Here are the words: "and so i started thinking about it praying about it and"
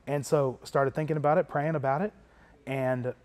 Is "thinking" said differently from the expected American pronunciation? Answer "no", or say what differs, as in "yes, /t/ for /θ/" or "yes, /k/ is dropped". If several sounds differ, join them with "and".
no